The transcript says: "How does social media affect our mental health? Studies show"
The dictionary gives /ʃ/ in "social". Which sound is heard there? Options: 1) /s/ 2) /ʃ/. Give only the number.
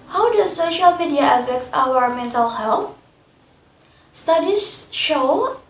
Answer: 2